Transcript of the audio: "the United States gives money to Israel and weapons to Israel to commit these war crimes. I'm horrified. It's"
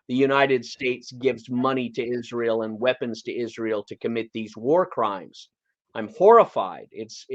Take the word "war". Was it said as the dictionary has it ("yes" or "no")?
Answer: yes